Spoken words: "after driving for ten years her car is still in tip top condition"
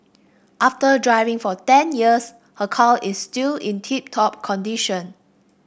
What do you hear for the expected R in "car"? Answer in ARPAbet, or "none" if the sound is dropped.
L